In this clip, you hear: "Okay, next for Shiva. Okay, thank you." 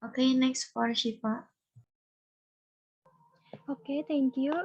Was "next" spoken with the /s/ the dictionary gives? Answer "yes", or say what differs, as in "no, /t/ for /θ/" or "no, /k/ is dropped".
yes